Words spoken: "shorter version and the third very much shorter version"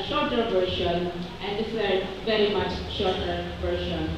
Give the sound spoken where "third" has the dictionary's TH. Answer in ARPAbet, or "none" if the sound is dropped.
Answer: S